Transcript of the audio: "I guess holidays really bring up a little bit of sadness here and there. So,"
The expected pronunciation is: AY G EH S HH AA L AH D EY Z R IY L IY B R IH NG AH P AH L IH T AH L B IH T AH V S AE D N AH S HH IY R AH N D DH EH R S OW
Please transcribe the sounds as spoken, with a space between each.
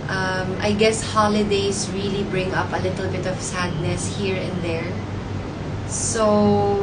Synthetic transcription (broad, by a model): AY G EH S HH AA L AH D EY S R IY L IY B R IH NG AH P AH L IH T AH L B IH T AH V S AE D N AH S HH IY R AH N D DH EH R S OW